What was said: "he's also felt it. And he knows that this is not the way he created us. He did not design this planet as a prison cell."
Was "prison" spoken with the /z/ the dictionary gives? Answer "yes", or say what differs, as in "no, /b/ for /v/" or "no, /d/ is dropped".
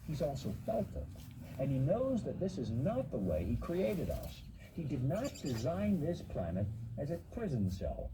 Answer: yes